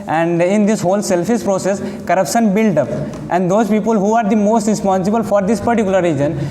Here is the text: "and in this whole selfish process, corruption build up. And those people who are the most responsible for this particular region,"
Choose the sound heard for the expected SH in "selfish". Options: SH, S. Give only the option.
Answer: S